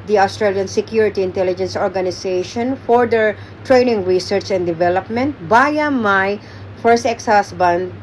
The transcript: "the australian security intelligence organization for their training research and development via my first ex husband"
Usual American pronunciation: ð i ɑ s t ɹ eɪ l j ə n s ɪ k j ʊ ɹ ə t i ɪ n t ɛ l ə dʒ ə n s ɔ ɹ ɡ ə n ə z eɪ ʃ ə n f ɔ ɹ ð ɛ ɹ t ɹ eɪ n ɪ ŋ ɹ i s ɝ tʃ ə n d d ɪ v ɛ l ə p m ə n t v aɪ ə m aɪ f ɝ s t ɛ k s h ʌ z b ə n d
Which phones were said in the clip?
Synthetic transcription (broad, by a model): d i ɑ s t ɹ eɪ l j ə n s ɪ k j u ɹ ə t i ɪ n t ɛ l ə dʒ ə n s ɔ ɹ ɡ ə n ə s eɪ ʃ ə n f ɔ ɹ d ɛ ɹ t ɹ eɪ n ɪ ŋ ɹ i s ɝ tʃ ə n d d ɪ v ɛ l ə p m ə n t b aɪ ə m aɪ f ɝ s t ɛ k s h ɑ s b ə n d